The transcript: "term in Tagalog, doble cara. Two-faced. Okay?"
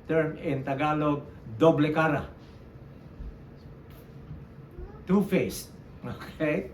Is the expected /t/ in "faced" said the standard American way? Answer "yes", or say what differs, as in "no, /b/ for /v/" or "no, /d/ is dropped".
no, /t/ is dropped